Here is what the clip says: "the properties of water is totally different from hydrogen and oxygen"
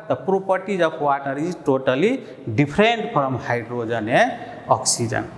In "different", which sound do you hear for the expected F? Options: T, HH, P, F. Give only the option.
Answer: P